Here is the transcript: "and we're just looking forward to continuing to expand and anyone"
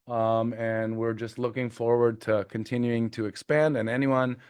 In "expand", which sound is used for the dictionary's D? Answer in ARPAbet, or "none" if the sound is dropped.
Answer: D